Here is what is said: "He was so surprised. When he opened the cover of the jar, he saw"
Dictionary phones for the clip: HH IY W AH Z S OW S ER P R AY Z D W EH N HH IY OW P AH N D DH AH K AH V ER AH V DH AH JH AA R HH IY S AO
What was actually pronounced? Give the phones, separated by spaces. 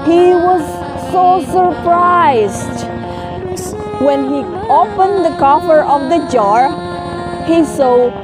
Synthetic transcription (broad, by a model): HH IY W AH Z S OW S ER P R AY Z D W EH N HH IY OW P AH N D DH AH K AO F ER AH V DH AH JH AA R HH IY S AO